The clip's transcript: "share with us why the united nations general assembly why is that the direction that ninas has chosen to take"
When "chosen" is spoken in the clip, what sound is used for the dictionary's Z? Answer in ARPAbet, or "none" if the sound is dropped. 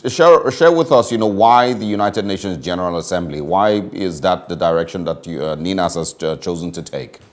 Z